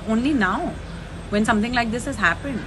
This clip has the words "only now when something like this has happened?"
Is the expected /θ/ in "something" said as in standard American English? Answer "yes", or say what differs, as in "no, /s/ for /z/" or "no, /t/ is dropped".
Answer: no, /t/ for /θ/